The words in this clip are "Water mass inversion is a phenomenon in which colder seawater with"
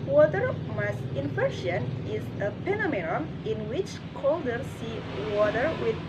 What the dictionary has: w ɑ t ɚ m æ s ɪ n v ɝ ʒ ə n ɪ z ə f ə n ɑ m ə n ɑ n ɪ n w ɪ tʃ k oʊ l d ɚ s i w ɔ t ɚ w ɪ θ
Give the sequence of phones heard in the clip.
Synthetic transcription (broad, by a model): w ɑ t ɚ m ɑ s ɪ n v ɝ ʃ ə n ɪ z ə p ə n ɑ m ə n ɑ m ɪ n w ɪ tʃ k oʊ l d ɚ s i w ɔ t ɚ w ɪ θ